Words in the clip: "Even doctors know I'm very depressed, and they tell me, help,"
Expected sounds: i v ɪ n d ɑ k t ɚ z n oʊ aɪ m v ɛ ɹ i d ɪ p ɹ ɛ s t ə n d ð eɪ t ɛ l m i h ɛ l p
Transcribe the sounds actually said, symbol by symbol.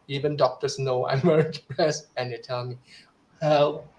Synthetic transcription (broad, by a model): i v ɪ n d ɑ k t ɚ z n oʊ aɪ m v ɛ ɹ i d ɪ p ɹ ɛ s ə n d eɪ t ɛ l m i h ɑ